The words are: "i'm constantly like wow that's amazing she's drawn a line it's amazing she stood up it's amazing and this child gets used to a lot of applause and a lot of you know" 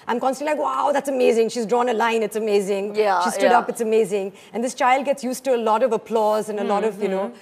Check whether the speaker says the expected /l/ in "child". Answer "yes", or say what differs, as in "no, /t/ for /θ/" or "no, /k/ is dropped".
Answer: yes